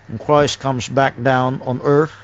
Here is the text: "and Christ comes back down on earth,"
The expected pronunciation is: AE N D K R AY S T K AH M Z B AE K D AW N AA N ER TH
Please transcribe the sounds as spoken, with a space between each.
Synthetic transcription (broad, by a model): N K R AY S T K AH M Z B AE K D AW N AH N ER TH